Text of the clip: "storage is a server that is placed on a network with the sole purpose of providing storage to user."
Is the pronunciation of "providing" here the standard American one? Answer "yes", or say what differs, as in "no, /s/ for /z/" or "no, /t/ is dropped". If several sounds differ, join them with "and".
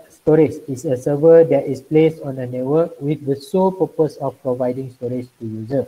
yes